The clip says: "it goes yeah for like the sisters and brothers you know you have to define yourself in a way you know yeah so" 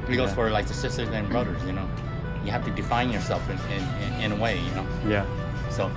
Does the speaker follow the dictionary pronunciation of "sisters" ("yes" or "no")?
yes